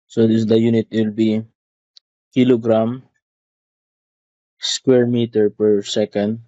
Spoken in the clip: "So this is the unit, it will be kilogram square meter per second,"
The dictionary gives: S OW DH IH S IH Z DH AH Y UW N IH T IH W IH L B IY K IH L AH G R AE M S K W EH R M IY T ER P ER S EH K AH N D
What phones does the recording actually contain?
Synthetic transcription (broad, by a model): S OW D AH Y UW N IH T W IH L B IY K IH L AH G R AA M S K W EH R M IY T ER P ER S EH K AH N D